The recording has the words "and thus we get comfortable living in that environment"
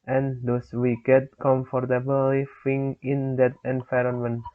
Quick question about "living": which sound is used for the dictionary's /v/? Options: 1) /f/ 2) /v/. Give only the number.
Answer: 1